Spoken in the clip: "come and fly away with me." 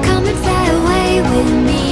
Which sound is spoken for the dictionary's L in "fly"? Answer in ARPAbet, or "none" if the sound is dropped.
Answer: none